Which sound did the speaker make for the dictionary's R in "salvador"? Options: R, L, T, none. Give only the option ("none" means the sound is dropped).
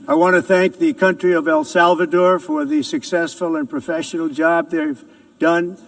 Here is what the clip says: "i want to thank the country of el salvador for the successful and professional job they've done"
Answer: R